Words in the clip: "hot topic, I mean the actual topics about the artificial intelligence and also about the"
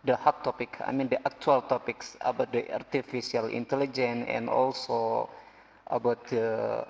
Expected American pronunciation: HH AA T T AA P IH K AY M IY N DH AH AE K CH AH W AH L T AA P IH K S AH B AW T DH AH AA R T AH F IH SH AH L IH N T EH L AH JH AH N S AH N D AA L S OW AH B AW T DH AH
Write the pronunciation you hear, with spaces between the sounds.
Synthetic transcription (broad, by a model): HH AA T T AA P IH K AY M IY N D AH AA K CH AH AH L T AA P IH K S AH B AW T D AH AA R T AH F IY S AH L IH N T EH L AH JH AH N AH N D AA L S OW AH B AW T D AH